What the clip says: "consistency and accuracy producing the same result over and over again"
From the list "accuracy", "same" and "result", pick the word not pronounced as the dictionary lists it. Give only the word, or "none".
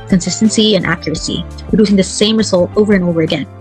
none